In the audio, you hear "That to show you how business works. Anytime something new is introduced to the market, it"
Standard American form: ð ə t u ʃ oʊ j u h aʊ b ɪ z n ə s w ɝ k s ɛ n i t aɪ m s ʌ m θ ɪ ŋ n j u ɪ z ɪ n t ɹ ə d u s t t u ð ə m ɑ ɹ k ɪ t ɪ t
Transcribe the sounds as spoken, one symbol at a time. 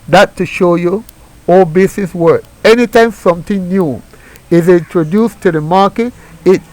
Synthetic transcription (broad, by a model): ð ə t u ʃ oʊ j u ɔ b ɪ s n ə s w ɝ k ɛ n i t aɪ m s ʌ m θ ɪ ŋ n j u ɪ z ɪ n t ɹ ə d u s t t u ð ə m ɑ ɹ k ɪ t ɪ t